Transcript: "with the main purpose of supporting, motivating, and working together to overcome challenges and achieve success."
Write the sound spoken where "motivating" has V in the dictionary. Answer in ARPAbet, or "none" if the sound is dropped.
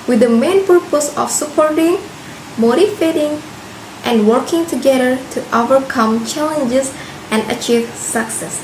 F